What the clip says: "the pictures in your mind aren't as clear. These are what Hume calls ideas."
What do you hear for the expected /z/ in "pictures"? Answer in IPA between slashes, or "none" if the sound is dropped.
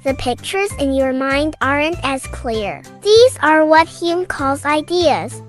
/z/